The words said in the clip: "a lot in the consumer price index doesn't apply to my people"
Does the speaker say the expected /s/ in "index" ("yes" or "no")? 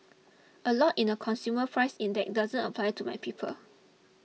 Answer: no